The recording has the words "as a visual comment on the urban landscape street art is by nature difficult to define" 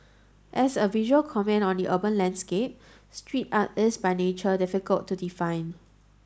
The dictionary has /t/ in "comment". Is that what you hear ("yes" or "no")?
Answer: no